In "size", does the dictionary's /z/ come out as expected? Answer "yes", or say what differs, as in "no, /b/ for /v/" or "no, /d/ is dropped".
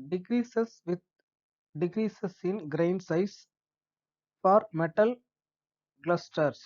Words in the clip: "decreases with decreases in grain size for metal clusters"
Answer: no, /s/ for /z/